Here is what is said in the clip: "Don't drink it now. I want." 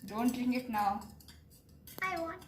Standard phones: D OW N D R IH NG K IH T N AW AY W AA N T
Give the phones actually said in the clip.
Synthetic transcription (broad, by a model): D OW N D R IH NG IH T N AW AY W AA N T